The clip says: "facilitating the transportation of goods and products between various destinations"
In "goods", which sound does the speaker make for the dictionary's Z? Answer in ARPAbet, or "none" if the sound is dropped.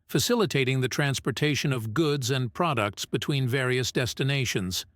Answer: Z